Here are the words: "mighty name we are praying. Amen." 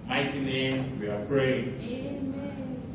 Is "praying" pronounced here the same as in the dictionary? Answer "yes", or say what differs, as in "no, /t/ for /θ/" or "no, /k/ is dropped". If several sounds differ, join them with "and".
yes